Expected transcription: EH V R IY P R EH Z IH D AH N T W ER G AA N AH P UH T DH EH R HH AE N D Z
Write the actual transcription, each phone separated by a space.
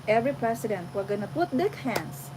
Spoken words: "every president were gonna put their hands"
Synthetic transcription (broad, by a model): EH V R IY P R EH S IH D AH N T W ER G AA N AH P UH T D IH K HH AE N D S